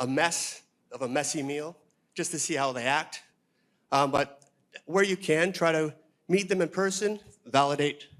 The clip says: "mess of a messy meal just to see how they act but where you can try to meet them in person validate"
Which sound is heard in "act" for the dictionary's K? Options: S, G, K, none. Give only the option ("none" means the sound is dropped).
K